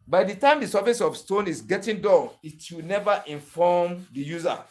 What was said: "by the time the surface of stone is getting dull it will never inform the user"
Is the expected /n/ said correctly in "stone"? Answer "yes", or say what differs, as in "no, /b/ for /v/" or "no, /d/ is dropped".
yes